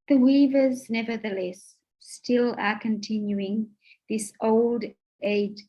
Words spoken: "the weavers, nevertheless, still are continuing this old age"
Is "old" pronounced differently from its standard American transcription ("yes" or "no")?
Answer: no